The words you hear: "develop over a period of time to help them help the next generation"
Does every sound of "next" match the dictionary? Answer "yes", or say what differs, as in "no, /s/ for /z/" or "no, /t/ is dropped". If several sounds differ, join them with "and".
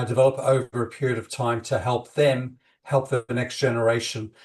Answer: yes